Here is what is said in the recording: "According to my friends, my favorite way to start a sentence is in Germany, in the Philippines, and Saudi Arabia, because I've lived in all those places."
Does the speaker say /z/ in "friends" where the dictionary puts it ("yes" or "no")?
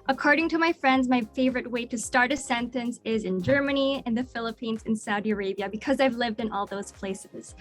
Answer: yes